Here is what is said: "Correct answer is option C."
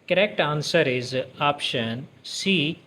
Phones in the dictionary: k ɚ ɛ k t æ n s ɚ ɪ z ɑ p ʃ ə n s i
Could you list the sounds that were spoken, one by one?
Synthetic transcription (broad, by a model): k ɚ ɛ k t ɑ n s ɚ ɪ z ɑ p ʃ ə n s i